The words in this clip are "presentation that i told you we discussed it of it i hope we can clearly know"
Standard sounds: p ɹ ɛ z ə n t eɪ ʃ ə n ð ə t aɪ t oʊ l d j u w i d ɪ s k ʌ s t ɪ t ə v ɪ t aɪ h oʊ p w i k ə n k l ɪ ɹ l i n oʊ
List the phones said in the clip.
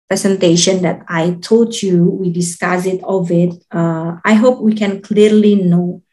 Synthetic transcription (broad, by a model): p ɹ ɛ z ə n t eɪ ʃ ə n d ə t aɪ t oʊ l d j u w i d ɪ s k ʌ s ɪ t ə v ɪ t aɪ h oʊ p w i k ə n k l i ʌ l i n oʊ